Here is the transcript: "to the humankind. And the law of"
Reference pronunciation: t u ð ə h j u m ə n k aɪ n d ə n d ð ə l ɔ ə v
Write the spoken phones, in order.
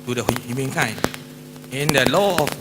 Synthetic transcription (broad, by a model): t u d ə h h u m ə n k aɪ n ə n d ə l ɔ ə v